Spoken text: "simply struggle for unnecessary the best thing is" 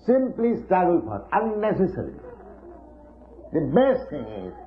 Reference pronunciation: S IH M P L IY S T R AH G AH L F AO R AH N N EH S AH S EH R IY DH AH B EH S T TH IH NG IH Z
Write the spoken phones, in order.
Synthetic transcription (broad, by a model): S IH M P L IY S T R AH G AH L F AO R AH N N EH S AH S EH R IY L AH B EH S T T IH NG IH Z